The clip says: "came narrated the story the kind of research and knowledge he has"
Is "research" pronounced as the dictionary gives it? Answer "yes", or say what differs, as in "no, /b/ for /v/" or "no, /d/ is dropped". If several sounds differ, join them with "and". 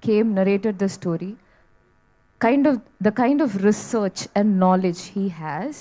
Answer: yes